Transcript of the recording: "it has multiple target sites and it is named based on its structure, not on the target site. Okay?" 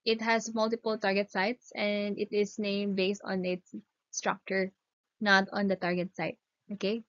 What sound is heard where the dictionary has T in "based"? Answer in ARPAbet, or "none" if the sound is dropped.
T